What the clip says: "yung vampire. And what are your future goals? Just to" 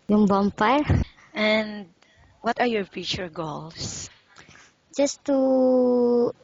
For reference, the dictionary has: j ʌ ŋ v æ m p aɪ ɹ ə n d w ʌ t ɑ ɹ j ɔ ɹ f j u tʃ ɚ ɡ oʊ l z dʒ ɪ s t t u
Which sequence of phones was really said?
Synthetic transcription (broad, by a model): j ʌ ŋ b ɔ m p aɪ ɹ ə n d w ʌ t ɑ ɹ j ɔ ɹ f j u tʃ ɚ ɡ oʊ l s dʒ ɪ s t t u